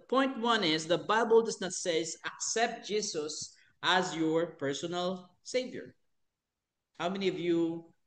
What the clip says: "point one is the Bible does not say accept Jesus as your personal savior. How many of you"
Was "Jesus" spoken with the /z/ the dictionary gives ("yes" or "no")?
no